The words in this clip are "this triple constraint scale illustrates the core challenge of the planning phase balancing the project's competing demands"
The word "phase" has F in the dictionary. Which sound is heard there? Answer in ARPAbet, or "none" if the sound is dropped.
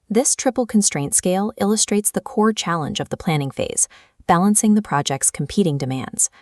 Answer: F